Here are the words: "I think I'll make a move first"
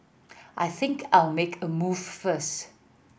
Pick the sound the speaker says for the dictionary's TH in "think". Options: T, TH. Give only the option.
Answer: TH